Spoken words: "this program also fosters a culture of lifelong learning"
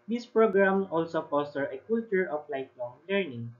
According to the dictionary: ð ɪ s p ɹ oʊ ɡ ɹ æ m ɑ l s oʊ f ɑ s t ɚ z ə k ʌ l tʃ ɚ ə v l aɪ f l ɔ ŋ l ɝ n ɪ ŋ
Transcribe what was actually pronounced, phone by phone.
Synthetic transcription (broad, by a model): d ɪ s p ɹ oʊ ɡ ɹ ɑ m ɑ l s oʊ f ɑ s t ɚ ə k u l tʃ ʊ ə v l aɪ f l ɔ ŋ l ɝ n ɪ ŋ